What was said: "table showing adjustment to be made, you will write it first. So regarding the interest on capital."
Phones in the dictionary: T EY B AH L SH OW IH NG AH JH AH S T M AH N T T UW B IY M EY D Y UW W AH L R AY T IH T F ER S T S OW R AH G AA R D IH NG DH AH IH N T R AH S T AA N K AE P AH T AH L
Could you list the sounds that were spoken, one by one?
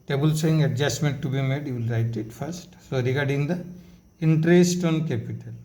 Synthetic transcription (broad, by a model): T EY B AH L S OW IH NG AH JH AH S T M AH N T T UW B IY M EY D Y UW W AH L R AY T IH T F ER S T S OW R AH G AA R D IH NG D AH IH N T R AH S T AA N K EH P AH T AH L